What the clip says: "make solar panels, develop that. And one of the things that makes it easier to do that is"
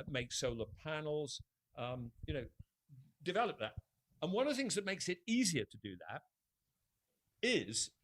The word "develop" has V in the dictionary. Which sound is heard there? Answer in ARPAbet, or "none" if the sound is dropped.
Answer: V